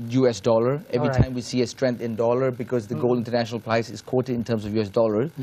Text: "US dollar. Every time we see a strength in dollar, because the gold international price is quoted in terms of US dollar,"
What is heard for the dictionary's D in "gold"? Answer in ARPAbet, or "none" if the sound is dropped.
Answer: none